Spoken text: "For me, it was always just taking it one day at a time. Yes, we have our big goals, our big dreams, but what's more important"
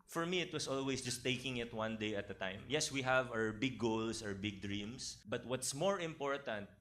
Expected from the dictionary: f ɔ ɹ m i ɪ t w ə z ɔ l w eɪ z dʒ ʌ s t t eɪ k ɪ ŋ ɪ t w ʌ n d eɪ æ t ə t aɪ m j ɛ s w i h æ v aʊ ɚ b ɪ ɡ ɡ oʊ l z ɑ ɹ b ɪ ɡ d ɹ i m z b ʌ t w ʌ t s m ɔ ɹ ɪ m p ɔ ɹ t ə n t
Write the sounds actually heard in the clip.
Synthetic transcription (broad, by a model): f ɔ ɹ m i ɪ t w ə s ɔ l w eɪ s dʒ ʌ s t t eɪ k ɪ ŋ ɪ t w ʌ n d eɪ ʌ t ə t aɪ m j ɛ s w i h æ v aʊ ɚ b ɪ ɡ ɡ oʊ l s ɑ ɹ b ɪ ɡ d ɹ i m s b ʌ t w ʌ t s m ɔ ɹ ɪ m p ɔ ɹ t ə n t